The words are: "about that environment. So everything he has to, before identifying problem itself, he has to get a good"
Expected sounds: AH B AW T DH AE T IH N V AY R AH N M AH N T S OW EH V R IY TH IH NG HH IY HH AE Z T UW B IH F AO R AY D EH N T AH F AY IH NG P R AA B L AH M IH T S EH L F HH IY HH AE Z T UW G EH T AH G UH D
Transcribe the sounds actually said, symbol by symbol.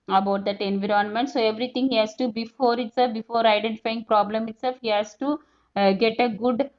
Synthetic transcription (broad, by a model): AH B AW T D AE T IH N V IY R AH N M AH N T S OW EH V R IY T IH NG HH IY HH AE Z T UW B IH F AO R AY D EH N T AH F AY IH NG P R AA B L AH M IH T S EH L F HH IY HH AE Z T UW G EH T AH G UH D